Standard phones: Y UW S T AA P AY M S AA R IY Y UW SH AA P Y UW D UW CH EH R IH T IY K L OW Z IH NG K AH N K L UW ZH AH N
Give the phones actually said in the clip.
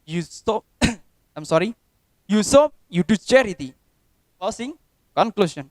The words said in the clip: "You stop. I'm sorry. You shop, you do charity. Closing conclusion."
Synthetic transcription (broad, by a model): Y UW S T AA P AY M S AA R IY Y UW S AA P Y UW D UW CH EH R IH T IY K OW S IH NG K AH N K L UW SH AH N